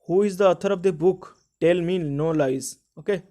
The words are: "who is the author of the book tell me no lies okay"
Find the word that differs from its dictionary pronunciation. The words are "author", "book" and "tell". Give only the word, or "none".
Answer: author